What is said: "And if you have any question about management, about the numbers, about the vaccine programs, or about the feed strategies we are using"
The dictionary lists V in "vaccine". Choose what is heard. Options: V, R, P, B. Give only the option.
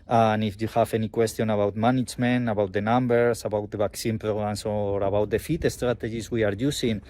B